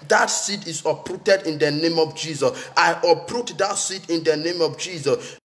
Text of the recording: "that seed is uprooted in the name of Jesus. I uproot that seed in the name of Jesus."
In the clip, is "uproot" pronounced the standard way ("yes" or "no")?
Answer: yes